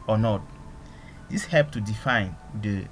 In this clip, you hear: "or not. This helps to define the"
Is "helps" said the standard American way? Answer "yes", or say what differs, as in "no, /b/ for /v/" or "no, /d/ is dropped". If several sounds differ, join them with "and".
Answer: no, /s/ is dropped